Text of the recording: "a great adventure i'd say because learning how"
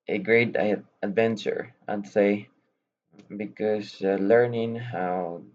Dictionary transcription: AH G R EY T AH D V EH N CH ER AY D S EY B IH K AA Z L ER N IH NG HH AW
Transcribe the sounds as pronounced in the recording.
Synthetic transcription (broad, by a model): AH G R EY T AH D V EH N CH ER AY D S EY B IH K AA S L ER N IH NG HH AW